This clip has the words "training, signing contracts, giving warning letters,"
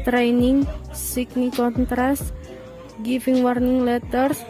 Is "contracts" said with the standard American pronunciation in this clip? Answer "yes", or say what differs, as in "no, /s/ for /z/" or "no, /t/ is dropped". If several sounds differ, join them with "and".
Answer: no, /s/ is dropped